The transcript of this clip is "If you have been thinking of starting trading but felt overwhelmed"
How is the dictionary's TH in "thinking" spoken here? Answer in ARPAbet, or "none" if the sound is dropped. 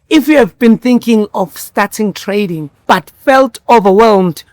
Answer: TH